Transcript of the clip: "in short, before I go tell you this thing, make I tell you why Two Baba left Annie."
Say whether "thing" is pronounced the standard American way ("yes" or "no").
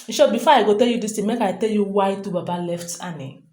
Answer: no